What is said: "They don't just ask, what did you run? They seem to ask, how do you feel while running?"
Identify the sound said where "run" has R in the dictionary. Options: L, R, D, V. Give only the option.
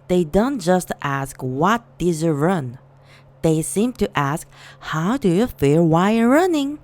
R